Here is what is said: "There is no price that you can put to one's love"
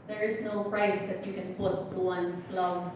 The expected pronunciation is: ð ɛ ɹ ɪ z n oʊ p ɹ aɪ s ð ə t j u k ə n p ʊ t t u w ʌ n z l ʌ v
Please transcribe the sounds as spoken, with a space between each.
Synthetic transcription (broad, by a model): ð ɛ ɹ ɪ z n oʊ p ɹ aɪ s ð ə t j u k ə n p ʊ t t u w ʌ n s l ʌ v